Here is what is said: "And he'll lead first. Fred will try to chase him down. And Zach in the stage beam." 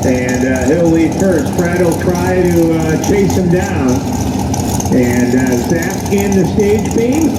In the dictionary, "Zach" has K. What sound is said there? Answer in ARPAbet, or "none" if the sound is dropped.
none